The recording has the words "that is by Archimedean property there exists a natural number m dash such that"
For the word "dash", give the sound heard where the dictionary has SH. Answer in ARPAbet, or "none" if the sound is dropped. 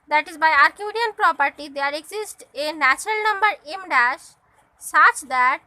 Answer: SH